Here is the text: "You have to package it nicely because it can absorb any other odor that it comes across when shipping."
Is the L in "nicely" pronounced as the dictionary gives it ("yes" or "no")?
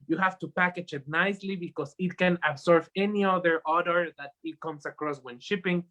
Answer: yes